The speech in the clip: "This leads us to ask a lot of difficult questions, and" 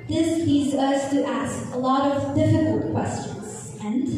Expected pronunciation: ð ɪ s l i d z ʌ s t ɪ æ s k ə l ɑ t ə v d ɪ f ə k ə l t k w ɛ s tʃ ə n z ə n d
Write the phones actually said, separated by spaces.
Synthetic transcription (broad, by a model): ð ɪ s l i d z ʌ s t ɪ æ s k ə l ɑ t ə v d ɪ f ə k ə l t k w ɛ s tʃ ə n z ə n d